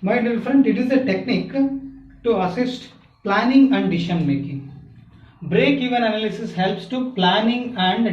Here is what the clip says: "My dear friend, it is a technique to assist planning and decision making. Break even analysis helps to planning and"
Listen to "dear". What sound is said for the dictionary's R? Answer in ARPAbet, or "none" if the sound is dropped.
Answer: L